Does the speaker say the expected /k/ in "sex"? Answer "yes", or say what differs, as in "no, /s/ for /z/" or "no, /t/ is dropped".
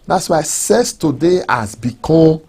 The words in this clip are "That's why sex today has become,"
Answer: no, /k/ is dropped